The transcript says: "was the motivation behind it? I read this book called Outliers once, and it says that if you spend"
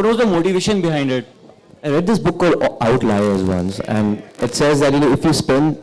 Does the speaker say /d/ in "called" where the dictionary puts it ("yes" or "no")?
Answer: no